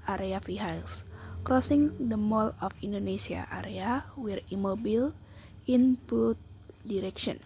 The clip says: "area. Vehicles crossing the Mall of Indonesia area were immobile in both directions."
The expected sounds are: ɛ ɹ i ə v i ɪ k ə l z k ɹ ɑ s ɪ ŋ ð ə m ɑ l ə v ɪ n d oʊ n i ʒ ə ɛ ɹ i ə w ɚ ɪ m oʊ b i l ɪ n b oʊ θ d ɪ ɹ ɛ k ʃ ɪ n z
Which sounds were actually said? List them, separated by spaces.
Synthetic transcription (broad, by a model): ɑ ɹ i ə f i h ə l s k ɹ ɑ s ɪ ŋ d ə m ɑ l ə f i n d oʊ n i s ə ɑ ɹ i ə w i ɪ m oʊ b i l ɪ n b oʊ t d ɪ ɹ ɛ k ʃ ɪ n